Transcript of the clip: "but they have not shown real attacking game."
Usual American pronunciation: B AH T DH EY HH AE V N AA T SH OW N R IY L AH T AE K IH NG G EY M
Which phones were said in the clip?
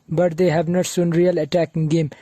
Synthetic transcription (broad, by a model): B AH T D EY HH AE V N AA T S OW N R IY L AH T AE K IH NG G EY M